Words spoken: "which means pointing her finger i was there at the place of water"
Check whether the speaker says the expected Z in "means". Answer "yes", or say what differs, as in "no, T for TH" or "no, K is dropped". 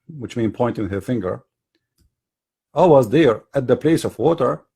no, Z is dropped